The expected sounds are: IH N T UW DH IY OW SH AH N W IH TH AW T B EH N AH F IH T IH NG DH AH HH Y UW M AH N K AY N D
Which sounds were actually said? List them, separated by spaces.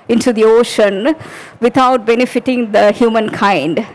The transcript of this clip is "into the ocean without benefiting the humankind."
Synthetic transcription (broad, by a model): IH N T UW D IY OW SH AH N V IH T AW T B EH N AH F IH T IH NG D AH HH Y UW M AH N K AY N D